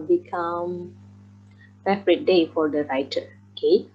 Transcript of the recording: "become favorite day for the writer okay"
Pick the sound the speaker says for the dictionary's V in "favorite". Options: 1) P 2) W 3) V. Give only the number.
1